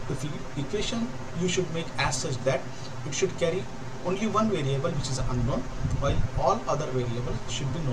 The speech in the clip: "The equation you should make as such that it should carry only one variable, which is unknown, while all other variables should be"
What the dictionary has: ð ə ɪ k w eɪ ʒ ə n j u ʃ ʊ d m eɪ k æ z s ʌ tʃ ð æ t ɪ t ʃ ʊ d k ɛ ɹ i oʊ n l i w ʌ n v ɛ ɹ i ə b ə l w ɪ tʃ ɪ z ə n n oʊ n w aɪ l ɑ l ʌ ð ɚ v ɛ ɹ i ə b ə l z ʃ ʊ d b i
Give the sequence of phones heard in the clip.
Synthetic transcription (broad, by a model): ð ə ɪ k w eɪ ʃ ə n j u ʃ ʊ d m eɪ k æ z s ʌ tʃ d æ t ɪ t ʃ ʊ d k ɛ ɹ i oʊ n l i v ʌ n v ɛ ɹ i ə b ə l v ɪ tʃ ɪ z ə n n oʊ n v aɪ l ɑ l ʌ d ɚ v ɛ ɹ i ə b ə l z ʃ ʊ d b i